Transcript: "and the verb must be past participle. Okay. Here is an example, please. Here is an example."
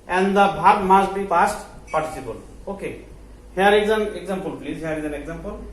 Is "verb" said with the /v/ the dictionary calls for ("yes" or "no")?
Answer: no